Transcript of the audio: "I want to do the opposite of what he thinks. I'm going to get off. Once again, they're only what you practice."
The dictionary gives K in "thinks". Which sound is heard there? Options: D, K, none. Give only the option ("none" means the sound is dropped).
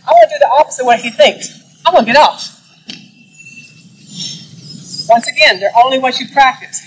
K